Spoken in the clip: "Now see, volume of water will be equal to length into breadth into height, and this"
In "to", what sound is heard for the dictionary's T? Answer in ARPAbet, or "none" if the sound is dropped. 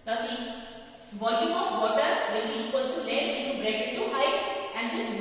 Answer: S